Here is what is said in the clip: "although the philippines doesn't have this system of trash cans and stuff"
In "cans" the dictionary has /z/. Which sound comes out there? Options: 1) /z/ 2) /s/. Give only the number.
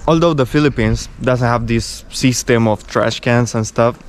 2